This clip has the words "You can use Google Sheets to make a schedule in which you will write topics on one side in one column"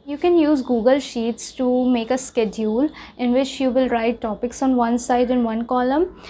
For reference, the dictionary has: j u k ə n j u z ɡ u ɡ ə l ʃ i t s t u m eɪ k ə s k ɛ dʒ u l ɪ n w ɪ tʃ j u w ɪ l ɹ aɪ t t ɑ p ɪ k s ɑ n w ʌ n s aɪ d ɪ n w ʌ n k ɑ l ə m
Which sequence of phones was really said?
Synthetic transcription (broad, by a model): j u k ə n j u z ɡ u ɡ ə l ʃ i t s t u m eɪ k ə s k ɛ dʒ u l ɪ n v ɪ tʃ j u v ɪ l ɹ aɪ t t ɑ p ɪ k s ɑ n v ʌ n s aɪ d ɪ n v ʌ n k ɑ l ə m